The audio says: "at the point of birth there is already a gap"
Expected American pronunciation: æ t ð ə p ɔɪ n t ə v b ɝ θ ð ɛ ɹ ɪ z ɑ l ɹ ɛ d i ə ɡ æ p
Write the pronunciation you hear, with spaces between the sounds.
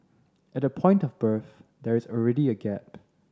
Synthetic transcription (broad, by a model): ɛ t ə p ɔɪ n t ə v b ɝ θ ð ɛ ɹ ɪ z ɑ l ɹ ɛ d i ə ɡ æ p